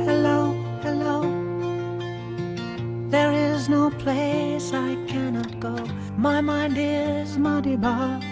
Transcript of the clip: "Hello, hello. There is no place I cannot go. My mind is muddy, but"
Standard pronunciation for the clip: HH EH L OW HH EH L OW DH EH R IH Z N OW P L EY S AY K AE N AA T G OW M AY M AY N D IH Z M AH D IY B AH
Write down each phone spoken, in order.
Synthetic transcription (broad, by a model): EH L OW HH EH L OW DH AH R IH Z N OW P L EY S AY K AE N AA T G OW M AY M AY N D IH Z M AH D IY B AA